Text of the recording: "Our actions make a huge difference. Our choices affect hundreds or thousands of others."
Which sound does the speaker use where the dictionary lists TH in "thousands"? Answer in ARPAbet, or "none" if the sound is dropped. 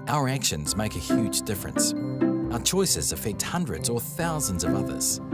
TH